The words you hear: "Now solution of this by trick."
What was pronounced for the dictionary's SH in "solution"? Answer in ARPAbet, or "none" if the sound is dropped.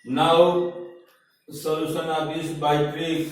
S